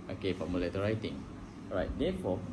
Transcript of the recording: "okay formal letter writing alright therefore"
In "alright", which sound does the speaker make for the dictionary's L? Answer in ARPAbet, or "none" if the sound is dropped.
none